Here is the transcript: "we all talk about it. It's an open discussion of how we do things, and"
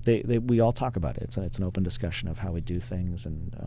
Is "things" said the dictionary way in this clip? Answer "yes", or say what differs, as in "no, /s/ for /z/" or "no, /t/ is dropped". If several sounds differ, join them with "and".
yes